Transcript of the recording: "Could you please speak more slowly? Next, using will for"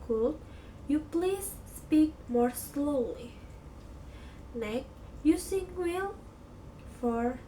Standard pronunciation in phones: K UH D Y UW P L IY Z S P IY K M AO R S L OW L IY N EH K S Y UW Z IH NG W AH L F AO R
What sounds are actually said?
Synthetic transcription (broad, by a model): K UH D Y UW P L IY S P IY K M AO R S L OW L IY N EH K Y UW S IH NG W AH L F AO R